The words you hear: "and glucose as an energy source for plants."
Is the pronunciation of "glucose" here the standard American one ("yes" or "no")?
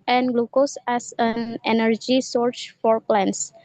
yes